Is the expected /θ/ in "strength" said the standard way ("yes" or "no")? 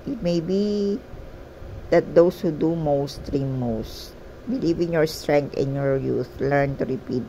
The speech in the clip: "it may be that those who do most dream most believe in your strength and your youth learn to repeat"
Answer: no